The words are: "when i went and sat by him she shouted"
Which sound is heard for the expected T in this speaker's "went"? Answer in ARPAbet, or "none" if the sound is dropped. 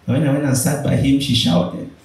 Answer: none